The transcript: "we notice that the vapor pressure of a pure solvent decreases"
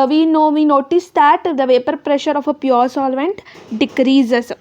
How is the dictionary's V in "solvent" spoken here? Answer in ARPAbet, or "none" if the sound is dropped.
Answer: V